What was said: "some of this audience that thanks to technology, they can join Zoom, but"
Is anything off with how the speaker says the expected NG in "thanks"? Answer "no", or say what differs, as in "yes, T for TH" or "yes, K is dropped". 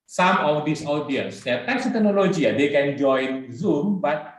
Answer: yes, NG is dropped